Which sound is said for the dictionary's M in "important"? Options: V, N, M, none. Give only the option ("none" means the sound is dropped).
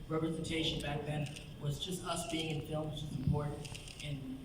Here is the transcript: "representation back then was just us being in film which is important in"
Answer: none